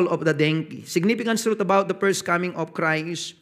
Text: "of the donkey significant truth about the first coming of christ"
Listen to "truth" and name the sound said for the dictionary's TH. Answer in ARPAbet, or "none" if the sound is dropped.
T